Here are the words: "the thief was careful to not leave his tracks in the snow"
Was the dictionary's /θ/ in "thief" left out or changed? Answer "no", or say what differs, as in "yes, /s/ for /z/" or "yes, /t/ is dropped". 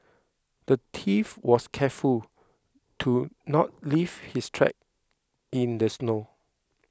yes, /t/ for /θ/